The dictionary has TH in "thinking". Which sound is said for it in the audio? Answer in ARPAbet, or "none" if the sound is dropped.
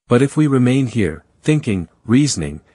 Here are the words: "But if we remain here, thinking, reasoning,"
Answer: TH